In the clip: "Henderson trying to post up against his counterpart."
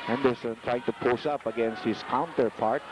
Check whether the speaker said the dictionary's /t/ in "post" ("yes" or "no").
no